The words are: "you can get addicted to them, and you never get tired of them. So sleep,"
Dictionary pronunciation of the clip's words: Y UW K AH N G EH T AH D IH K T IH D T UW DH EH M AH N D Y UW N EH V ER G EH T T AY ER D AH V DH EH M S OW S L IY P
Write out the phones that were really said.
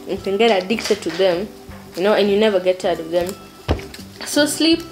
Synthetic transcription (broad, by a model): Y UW K AH N G EH T AH D IH K T IH D T UW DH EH M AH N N Y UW N EH V ER G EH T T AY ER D AH V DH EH M S OW S L IY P